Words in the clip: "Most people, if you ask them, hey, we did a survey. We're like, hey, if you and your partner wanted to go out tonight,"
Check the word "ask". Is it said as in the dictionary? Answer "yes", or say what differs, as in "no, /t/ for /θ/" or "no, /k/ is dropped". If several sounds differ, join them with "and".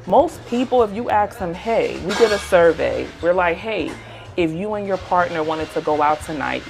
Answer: no, /s/ is dropped